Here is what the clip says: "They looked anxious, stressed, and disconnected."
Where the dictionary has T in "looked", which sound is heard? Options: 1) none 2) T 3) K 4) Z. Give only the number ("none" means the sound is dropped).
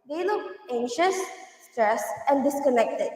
1